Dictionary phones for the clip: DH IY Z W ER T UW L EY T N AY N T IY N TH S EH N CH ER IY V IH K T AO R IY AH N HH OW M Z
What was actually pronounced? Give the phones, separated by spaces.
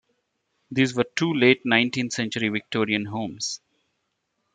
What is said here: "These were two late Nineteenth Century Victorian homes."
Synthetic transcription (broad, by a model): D IY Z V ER T UW L EY T N AY N T IY N T S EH N CH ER IY V IH K T AO R IY AH N HH OW M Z